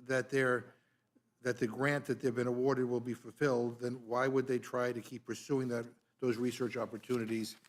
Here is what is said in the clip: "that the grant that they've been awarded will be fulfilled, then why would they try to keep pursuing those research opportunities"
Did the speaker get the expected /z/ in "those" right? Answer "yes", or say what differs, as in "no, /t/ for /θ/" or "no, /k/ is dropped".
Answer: yes